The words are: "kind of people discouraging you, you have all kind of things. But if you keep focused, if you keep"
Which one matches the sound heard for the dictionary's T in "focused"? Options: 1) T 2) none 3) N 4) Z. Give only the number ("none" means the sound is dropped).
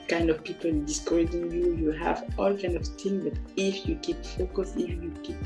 2